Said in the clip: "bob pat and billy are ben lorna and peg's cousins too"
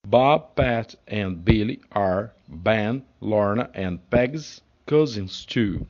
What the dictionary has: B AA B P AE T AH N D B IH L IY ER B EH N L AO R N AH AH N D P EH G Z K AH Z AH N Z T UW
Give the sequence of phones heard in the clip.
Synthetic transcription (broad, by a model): B AA B P AE T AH N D B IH L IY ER B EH N L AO R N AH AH N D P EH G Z K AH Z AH N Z T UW